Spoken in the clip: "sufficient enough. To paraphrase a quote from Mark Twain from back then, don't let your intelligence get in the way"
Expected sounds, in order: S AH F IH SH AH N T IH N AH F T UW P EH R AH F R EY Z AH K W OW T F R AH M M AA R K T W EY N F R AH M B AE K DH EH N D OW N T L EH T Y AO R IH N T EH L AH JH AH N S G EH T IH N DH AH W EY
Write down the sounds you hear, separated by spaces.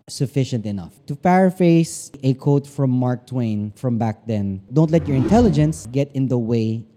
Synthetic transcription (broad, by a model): S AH F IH SH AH N T IH N AH F T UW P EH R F EY S AH K OW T F R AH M M AA R K T W EY N F R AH M B AE K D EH N D OW N T L EH T Y AO R IH N T EH L AH JH AH N S G EH T IH N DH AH W EY